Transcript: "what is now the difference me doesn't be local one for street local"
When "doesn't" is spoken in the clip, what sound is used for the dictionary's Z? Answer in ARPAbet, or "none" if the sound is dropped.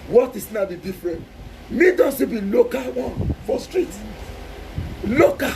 S